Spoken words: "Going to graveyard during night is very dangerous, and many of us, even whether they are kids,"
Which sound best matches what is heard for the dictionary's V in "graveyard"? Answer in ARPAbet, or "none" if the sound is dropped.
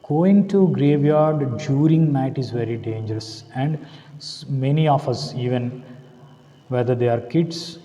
V